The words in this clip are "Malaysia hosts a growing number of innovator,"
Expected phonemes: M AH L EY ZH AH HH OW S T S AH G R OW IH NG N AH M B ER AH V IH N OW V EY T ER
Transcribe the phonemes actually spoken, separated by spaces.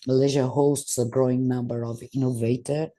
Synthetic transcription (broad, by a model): M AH L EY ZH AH HH OW S T S AH G R OW IH NG N AH M B ER AH V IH N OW V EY T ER